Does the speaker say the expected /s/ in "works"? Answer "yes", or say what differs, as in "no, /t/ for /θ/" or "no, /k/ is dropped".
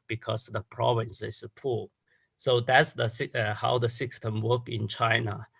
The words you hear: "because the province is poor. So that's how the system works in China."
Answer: no, /s/ is dropped